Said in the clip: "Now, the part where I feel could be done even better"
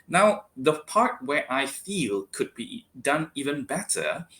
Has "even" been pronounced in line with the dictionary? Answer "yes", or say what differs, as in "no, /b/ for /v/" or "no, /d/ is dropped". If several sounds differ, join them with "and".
yes